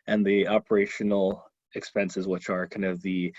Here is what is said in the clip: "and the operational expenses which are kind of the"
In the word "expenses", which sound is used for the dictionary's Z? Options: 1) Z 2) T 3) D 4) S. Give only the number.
1